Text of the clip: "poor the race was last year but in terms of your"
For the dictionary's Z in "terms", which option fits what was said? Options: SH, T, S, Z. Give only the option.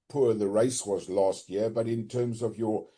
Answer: Z